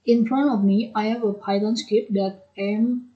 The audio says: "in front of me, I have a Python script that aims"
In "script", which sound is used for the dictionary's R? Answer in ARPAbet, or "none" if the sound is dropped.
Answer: none